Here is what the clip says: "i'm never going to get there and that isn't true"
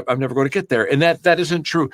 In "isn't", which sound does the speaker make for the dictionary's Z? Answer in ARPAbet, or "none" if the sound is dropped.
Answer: Z